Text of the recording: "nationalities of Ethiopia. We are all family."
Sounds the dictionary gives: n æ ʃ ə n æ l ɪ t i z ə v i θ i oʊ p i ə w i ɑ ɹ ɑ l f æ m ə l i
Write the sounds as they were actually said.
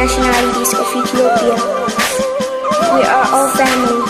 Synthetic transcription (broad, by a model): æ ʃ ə n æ l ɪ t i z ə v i t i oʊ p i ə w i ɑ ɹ ɑ l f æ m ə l